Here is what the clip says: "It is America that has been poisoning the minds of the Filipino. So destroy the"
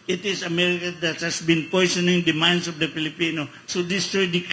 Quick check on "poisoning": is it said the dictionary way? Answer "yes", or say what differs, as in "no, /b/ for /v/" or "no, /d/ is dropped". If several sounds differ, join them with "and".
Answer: no, /s/ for /z/